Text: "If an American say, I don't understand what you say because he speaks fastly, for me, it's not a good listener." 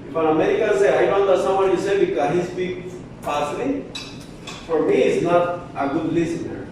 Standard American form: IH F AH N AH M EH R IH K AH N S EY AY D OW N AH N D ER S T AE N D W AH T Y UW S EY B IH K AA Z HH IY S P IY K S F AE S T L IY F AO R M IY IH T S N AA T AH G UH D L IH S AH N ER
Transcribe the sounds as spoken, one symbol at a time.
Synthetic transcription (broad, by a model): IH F AH N AH M EH R IH K AH N S EY AY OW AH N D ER S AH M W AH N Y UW S EY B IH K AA HH IY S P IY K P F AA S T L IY F AO R M IY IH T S N AA T AH G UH D L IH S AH N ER